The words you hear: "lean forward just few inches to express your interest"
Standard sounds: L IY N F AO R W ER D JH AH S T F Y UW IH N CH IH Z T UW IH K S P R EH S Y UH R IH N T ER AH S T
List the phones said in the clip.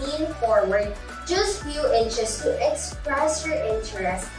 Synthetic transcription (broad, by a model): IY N F AO R W ER D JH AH S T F Y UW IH N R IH S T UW IH K S P R EH S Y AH R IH N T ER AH S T